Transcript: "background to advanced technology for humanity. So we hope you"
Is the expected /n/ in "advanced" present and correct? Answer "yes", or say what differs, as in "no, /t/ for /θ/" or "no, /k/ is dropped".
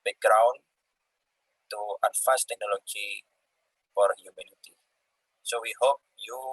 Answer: no, /n/ is dropped